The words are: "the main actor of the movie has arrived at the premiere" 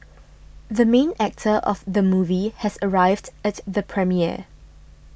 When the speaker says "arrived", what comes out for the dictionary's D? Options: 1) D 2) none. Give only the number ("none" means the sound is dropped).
1